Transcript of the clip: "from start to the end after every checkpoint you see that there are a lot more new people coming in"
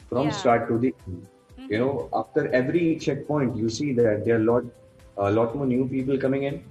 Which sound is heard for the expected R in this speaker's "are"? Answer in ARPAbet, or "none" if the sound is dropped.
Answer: L